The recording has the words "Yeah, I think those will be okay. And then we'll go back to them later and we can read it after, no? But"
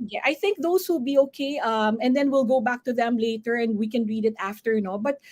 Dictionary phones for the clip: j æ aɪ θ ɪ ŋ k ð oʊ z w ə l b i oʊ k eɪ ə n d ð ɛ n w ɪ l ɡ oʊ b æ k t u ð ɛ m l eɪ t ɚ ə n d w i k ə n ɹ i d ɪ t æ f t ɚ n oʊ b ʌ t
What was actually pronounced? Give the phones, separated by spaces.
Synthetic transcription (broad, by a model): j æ aɪ θ ɪ ŋ k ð oʊ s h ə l b i oʊ k eɪ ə n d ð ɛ n w ɪ l ɡ oʊ b æ k t u ð ɛ m l eɪ t ɚ ə n d w i k ə n ɹ i d ɪ t æ f t ɚ n oʊ b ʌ t